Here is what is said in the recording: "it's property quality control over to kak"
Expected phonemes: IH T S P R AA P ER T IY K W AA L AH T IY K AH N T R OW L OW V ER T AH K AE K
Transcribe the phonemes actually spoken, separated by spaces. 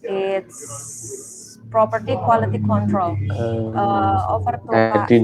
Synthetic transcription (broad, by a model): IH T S P R AA P ER T IY K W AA L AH T IY K AH N T R OW L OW F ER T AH